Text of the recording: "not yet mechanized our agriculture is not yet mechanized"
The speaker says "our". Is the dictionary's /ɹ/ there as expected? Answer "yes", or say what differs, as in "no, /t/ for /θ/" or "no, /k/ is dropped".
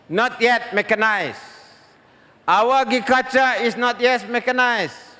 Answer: no, /w/ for /ɹ/